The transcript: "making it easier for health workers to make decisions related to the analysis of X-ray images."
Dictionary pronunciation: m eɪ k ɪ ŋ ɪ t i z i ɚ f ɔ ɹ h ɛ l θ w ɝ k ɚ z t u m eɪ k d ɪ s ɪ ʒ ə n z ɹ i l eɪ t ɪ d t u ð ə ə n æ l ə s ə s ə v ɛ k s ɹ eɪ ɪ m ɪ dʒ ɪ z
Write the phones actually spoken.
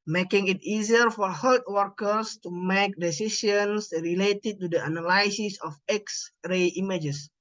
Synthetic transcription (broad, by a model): m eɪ k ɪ ŋ ɪ t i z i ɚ f ɔ ɹ h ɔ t w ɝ k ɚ s t u m eɪ k d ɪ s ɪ ʃ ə n s ɹ i l eɪ t ɪ d t u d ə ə n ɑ l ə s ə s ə f ɛ k s ɹ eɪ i m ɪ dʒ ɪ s